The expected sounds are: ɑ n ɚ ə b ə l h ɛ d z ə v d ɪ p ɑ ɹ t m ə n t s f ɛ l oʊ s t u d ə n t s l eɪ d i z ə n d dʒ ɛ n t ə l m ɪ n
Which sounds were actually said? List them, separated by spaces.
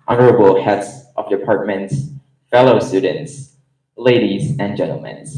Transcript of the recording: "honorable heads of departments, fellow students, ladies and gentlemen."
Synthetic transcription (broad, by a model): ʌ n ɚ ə b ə l h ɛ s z ə v d ɪ p ɑ ɹ t m ə n t s f ɛ l oʊ s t u d n t s l eɪ d i z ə n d dʒ ɛ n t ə l m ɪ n